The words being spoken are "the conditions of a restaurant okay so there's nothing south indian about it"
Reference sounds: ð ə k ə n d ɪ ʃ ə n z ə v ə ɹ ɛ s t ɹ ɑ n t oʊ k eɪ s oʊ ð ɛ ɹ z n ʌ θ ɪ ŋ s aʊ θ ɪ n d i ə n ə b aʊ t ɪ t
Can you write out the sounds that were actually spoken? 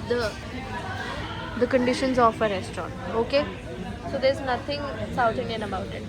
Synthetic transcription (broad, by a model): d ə k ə n d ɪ ʃ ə n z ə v ə ɹ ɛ s t ɹ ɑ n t oʊ k eɪ s oʊ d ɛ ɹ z n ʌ t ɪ ŋ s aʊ t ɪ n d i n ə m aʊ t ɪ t